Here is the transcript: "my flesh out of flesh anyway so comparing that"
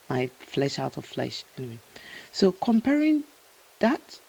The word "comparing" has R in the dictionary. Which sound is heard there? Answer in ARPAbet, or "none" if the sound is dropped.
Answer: R